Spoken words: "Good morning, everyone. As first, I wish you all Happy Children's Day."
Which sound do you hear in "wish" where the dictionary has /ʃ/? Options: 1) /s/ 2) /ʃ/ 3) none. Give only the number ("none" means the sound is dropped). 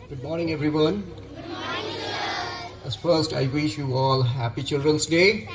2